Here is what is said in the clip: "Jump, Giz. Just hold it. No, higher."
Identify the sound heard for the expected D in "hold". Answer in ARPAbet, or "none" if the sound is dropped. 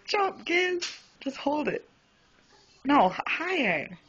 D